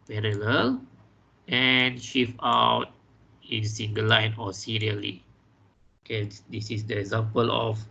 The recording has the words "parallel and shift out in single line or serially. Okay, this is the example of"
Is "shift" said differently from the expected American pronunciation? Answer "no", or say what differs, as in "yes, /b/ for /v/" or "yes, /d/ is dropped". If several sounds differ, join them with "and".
yes, /t/ is dropped